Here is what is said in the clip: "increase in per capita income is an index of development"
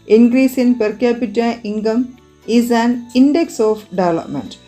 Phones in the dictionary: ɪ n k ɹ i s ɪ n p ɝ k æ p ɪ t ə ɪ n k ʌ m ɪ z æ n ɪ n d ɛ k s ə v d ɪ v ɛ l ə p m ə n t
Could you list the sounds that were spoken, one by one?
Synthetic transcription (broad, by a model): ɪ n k ɹ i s ɪ n p ɝ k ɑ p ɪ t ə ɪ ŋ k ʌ m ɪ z æ n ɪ n d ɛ k s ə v d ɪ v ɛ l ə p m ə n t